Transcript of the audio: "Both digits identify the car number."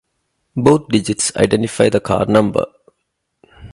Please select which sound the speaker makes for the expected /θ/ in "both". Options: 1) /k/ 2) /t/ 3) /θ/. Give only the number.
2